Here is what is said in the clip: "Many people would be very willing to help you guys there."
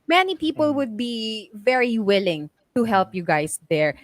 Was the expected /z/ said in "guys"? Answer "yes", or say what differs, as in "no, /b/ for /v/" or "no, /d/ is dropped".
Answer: no, /s/ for /z/